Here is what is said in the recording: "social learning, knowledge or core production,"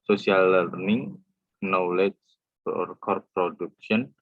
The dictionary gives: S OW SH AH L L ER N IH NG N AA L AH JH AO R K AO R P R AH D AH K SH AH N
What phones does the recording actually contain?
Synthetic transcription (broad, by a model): S OW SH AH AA L ER N IH NG N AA L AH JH AO R K AO R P R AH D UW K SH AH N